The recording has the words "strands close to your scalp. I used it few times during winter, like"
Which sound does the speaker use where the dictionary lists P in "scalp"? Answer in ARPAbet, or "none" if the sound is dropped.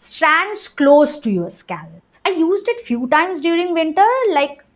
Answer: none